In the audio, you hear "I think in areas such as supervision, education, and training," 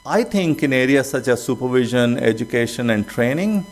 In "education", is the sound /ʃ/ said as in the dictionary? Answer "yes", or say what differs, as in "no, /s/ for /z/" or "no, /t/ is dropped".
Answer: yes